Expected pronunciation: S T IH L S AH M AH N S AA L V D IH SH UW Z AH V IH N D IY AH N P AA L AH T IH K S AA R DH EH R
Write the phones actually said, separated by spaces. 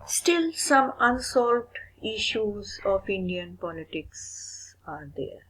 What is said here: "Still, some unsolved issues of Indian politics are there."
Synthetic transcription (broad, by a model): S T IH L S AH M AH N S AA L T IH SH UW Z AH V IH N D IY AH N P AA L AH T IH K S AA R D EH R